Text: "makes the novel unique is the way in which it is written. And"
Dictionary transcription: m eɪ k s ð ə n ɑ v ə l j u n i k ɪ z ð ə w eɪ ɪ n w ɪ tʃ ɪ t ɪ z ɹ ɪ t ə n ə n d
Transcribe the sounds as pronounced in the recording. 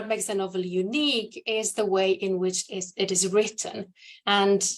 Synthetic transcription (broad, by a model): m eɪ k s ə n ɑ v ə l j u n i k ɪ z ð ə w eɪ ɪ n w ɪ tʃ ɪ t ɪ z ɹ ɪ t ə n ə n